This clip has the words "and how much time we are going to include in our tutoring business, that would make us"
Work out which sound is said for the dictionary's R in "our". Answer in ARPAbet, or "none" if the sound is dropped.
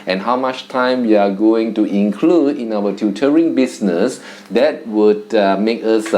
W